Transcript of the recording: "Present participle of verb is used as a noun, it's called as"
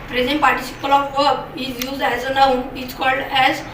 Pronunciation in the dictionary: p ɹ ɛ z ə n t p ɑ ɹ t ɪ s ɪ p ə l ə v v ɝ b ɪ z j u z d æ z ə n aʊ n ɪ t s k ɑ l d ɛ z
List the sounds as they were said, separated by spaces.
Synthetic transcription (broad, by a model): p ɹ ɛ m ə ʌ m p ɑ ɹ t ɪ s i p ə l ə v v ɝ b ɪ z j u z d æ z ə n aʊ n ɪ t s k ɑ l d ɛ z